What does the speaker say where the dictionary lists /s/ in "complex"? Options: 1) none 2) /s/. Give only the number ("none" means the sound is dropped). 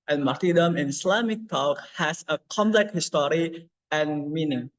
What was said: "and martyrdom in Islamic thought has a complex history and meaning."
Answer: 1